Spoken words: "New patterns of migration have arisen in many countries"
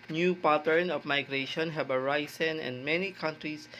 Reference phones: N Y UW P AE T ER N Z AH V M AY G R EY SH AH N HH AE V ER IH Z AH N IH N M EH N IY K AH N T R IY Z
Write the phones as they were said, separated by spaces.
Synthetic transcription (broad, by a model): N Y UW P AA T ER N AH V M AY G R EY SH AH N HH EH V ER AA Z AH N IH N M EH N IY K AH N T R IY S